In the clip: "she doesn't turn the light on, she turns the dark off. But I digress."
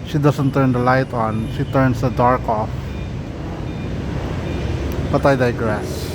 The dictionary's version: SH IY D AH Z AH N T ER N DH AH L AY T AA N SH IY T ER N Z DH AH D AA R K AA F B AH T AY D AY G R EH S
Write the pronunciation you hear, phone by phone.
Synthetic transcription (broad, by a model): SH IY D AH S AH N T ER N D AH L AY T AA N SH IY T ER N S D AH D AA R K AA F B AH T AY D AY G R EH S